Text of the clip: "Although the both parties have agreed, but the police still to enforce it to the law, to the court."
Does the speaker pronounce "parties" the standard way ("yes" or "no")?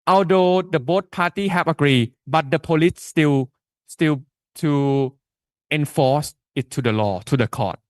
no